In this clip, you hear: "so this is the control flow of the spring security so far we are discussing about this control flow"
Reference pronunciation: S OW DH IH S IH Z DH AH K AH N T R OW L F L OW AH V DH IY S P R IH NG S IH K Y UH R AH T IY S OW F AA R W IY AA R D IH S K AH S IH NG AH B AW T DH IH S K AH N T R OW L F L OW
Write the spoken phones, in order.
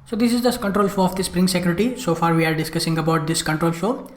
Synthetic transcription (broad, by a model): S OW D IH S IH Z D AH K AH N T R OW L F OW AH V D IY S P R IH NG S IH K Y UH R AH T IY S OW F AA R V IY AA R D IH S K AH S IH NG AH B AW T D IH S K AH N T R OW L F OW